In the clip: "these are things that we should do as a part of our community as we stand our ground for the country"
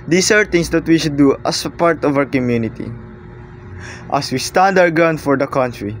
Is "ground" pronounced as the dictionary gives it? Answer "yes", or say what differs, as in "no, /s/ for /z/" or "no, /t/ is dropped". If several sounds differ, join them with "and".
no, /ɹ/ is dropped